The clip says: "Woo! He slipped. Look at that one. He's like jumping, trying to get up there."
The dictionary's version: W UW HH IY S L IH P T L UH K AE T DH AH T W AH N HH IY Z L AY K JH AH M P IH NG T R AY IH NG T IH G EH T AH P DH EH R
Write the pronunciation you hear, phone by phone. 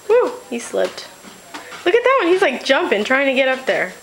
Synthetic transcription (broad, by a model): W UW HH IY S L IH P T L UH K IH T DH AH T W AH N HH IY Z L AY K JH AH M P IH NG T R AY IH NG T IH G EH T AH P DH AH R